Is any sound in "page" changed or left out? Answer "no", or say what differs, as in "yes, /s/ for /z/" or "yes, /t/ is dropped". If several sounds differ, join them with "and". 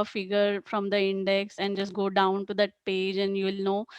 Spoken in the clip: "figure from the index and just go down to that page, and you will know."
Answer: no